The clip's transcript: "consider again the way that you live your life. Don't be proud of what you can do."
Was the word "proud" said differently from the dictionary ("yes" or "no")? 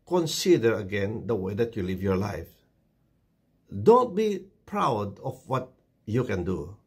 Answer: no